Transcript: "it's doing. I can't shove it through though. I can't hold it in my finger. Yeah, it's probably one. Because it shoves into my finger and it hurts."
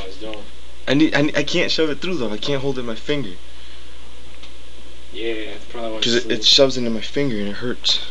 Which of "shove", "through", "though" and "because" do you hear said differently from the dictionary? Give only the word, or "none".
because